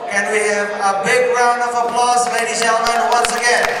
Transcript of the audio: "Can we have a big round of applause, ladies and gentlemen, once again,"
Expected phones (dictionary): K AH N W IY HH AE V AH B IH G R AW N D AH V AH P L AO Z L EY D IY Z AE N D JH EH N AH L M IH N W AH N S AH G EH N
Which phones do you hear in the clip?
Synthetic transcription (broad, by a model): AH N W IY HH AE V AH B IH G R AW N D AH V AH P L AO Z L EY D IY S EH L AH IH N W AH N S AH G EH N